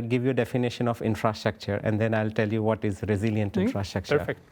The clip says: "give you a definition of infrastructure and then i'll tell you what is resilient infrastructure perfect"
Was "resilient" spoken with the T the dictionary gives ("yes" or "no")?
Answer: yes